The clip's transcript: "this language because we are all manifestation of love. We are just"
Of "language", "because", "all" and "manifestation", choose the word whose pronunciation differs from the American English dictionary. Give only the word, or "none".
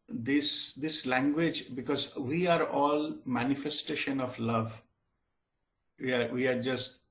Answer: none